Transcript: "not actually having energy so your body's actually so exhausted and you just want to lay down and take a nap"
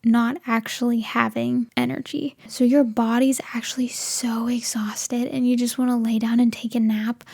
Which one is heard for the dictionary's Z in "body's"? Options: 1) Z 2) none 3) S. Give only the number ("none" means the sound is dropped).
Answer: 1